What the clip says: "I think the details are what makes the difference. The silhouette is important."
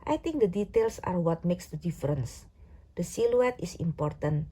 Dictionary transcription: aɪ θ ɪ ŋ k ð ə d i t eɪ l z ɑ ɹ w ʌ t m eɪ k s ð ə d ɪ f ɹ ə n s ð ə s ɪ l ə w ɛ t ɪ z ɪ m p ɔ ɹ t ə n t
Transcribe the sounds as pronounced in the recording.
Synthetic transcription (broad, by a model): aɪ t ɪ ŋ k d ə d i t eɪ l s ɑ ɹ w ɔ t m eɪ k s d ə d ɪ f ɹ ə n s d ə s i l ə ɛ t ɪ s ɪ m p ɔ ɹ t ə n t